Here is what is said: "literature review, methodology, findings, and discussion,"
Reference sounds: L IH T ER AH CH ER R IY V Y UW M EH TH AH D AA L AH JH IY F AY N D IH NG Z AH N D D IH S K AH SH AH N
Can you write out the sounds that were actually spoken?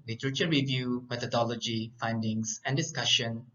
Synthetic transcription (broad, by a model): L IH T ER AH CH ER R IY V Y UW M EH T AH D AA L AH JH IY F AY N D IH NG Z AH N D D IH S K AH SH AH N